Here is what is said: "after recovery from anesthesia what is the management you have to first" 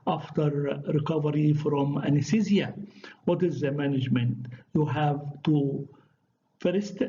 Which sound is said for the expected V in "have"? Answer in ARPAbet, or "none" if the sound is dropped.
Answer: V